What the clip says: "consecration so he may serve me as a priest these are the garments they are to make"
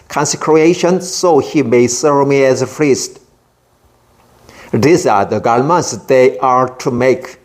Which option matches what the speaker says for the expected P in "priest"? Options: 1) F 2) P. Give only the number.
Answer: 1